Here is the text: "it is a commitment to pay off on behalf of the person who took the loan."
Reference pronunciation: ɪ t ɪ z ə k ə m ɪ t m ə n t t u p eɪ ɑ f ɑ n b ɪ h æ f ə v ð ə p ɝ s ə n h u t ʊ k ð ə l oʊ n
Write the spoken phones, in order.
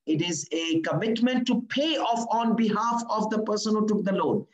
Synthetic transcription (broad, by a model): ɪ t ɪ z ə k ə m ɪ t m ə n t t u p eɪ ɑ f ɑ n b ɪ h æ f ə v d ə p ɝ s ə n h u t ʊ k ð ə l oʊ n